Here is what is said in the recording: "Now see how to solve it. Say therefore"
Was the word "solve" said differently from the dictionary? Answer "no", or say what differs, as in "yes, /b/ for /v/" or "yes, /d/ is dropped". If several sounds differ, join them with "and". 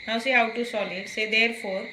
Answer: yes, /v/ is dropped